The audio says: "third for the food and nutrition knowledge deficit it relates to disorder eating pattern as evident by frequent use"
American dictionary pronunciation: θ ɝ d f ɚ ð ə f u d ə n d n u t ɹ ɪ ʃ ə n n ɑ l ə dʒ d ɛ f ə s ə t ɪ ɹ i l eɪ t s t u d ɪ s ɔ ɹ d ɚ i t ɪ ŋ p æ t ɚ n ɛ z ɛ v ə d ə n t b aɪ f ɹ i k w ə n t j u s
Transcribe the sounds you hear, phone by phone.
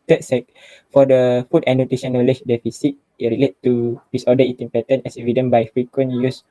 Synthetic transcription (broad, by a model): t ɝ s f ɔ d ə f u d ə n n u t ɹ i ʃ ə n n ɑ l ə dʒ d ɛ f ə s ə t ɪ ɹ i l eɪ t t u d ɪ s ɔ d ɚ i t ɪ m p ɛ t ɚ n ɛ s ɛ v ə d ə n b aɪ f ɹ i k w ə n j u s